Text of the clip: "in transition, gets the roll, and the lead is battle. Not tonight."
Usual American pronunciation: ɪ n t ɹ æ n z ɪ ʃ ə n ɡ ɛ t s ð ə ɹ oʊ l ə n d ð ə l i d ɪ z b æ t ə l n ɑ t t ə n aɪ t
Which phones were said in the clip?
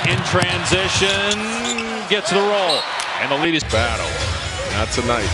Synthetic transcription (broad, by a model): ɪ n t ɹ æ n z ɪ ʃ ə n ɡ ɛ t s ð ə ɹ oʊ l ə n ð ə l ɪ d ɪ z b æ t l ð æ t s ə n aɪ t